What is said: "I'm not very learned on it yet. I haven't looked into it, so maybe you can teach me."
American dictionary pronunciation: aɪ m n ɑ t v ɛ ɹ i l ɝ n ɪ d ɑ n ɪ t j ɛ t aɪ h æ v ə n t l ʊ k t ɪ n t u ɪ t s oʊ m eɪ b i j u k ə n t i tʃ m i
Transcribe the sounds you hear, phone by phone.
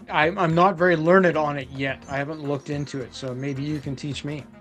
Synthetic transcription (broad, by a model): aɪ m n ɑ t v ɛ ɹ i l ɝ n ɪ d n ɪ t j ɛ t aɪ h æ v ə n t l ʊ k t ɪ n t u ɪ t s oʊ m eɪ b i j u k ə n t i tʃ m i